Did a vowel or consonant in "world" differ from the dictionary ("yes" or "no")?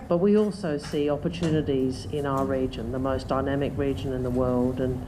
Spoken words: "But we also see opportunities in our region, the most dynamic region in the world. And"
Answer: no